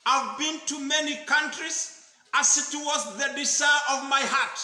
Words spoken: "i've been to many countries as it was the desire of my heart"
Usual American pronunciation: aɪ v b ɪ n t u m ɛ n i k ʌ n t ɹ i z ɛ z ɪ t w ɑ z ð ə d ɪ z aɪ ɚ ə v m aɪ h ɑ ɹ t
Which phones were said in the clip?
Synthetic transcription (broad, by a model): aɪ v b ɪ n t u m ɛ n i k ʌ n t ɹ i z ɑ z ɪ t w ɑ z ð ə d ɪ s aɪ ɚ ə v m aɪ h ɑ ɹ t